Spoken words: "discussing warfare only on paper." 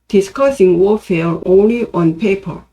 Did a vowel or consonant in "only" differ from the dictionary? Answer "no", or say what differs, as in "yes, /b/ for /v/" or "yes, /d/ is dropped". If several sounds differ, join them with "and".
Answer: no